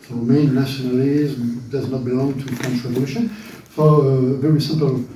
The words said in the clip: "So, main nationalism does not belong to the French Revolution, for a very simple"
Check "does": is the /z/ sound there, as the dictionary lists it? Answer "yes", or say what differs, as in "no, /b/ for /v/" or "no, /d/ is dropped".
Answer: yes